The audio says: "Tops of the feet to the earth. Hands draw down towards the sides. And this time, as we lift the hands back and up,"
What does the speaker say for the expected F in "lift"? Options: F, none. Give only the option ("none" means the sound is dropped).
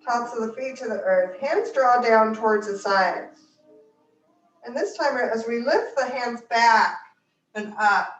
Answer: F